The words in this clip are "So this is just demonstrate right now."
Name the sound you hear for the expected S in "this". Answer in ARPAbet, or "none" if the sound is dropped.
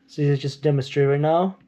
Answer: none